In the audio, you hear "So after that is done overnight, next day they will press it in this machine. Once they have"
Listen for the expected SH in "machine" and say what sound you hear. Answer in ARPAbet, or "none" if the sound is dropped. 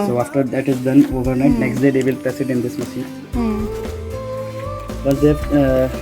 S